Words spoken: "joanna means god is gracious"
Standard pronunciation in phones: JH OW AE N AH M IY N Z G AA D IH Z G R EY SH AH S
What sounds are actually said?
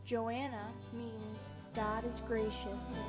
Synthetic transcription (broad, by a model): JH OW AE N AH M IY N Z G AA D IH Z G R EY SH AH S